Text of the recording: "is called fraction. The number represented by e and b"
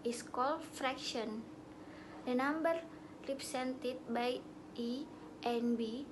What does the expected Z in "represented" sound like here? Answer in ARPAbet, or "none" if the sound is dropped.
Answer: S